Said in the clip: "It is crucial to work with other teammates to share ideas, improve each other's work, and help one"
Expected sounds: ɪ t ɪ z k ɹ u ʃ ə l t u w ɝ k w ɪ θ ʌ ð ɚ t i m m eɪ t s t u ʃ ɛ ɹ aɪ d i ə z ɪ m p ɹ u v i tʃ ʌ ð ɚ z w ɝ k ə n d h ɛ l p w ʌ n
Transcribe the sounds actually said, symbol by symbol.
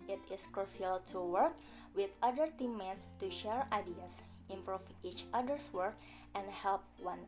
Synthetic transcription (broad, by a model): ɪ t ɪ s k ɹ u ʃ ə l t u w ɝ k w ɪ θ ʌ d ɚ t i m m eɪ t s t u ʃ ɛ ɹ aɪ d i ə s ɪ m p ɹ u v i tʃ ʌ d ɚ s w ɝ k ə n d h ɛ l p w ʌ n